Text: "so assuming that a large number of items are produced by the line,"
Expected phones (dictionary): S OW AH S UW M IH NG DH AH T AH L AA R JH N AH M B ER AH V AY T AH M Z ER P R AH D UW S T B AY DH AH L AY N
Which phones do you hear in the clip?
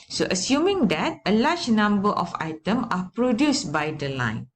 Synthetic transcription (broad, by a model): S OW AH S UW M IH NG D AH T AH L AA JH N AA M B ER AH F AY T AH M AA P R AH D UW S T B AY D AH L AY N